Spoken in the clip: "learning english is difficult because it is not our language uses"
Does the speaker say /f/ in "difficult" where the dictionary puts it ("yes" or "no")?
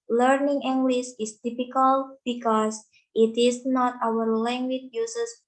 no